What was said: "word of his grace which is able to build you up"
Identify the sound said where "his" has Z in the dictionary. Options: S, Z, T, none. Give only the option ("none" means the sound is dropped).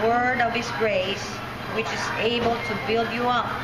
S